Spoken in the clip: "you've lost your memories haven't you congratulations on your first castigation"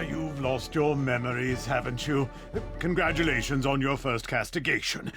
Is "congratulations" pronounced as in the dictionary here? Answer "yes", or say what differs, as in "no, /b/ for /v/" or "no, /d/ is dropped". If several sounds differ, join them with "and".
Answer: yes